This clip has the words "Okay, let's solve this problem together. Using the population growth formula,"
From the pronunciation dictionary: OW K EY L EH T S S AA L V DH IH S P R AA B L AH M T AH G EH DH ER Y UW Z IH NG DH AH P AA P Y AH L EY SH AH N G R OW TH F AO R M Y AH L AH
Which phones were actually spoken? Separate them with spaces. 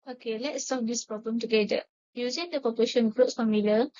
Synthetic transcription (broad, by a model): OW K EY L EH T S S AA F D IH S P R AA B L AH M T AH G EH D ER Y UW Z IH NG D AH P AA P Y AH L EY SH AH N G R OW T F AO M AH L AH